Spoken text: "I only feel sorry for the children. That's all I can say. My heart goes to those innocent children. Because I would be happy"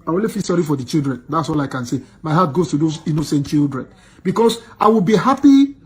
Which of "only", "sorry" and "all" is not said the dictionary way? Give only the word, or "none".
only